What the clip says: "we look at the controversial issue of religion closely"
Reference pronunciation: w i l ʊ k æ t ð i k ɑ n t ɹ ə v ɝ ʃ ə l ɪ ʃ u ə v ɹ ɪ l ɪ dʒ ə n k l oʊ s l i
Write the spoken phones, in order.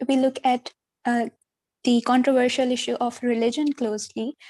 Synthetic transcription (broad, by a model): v i l ʊ k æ t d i k ɑ n t ɹ ə v ɝ ʃ ə l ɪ ʃ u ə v ɹ ɪ l ɪ dʒ ə n k l oʊ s l i